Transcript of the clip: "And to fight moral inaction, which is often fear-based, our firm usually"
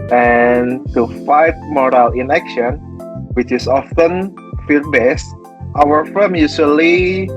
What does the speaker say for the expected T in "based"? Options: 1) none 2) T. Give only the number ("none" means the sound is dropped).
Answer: 2